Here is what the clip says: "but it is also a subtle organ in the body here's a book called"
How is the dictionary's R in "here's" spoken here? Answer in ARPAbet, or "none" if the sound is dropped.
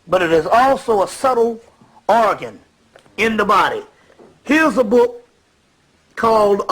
R